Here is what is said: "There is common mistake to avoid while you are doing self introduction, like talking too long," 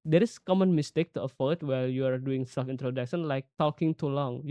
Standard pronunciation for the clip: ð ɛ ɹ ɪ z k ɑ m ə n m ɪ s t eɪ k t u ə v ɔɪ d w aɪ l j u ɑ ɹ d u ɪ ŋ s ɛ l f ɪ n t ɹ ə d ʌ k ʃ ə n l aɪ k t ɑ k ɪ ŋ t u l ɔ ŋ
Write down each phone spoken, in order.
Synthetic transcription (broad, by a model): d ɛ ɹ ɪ s k ɑ m ə n m ɪ s t eɪ k t u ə f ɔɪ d w aɪ l j u ɑ ɹ d u ɪ ŋ s ɛ l f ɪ n t ɹ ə d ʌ k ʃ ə n l aɪ k t ɑ k ɪ ŋ t u l ɔ ŋ